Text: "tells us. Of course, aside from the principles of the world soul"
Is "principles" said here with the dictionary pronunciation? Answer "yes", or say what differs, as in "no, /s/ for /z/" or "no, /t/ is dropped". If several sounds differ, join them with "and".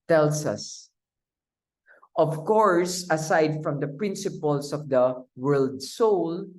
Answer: no, /s/ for /z/